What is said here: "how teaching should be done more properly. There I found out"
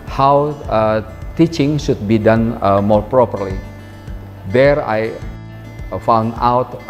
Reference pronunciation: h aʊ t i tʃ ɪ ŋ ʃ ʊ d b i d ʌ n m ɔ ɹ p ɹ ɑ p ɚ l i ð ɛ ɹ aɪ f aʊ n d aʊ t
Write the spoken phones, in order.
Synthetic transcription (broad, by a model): h aʊ t i tʃ ɪ ŋ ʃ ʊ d b i d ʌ n m ɔ ɹ p ɹ ɑ p ɚ l i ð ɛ ɹ aɪ f aʊ n d aʊ t